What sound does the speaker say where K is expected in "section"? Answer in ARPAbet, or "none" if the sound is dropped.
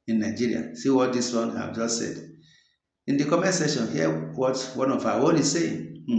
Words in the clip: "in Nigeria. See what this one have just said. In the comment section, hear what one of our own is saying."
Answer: none